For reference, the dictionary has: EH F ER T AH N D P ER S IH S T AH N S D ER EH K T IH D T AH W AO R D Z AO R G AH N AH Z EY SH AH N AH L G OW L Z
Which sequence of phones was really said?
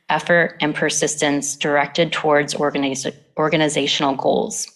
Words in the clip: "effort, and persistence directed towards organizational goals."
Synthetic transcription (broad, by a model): EH F ER T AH N P ER S IH S T AH N S D ER EH K T IH D T AH W AO R D Z AO R G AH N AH Z EY SH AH N L G OW L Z